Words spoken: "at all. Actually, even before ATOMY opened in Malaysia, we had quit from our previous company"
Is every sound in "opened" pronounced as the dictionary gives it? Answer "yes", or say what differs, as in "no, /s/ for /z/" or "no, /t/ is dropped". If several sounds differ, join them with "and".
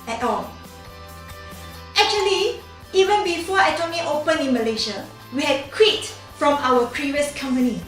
no, /d/ is dropped